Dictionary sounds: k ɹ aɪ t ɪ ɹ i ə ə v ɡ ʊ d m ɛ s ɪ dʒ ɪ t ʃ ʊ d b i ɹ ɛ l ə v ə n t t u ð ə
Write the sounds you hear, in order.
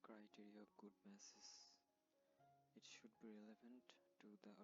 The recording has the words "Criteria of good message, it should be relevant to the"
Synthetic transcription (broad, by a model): k ɹ aɪ t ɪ ɹ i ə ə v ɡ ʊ d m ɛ s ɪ z ɪ t ʃ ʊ d b i ɹ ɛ l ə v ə n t t u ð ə